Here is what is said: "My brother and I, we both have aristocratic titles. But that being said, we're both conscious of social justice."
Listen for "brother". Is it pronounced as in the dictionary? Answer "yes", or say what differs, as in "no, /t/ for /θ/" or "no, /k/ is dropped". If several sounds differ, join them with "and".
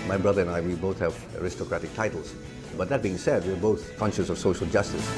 yes